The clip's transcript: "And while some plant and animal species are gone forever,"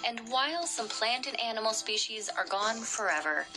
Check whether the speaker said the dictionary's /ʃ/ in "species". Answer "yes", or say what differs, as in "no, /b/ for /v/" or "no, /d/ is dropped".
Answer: yes